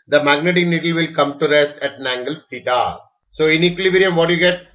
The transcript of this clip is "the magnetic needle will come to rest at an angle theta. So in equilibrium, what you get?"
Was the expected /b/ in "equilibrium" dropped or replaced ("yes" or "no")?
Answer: yes